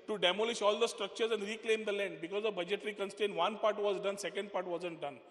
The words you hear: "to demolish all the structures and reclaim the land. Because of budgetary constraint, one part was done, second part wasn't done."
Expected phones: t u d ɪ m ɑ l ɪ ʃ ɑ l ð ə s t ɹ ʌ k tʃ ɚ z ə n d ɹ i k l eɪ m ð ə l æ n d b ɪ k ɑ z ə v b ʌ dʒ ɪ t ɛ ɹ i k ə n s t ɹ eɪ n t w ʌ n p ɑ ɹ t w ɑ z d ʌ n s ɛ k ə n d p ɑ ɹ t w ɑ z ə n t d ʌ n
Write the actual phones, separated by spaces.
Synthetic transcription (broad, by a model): t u d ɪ m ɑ l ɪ ʃ ɑ l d ə s t ɹ ʌ k tʃ ɚ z ə n d ɹ i k l eɪ m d ə l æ n d b ɪ k ɑ z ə b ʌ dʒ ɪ t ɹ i k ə n s t eɪ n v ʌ n p ɑ ɹ t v ɑ z d ʌ n s ɛ k ə n d p ɑ ɹ t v ɑ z ə n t d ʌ n